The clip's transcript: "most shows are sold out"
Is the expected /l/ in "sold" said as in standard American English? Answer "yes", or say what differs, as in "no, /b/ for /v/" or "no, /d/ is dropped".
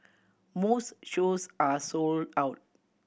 yes